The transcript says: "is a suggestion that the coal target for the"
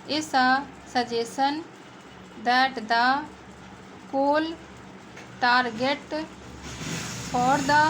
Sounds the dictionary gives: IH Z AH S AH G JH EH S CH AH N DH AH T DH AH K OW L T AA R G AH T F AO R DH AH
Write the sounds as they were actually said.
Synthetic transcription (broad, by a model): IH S AH S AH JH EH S AH N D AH T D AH K OW L T AA R G AH T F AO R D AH